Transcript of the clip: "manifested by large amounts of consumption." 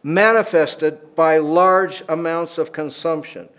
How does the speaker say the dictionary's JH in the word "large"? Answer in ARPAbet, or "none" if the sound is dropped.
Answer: JH